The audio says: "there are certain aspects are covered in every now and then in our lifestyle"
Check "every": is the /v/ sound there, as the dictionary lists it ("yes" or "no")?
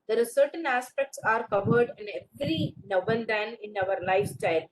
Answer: no